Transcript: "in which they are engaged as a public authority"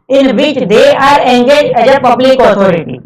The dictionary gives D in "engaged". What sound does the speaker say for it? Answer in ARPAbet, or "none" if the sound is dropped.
none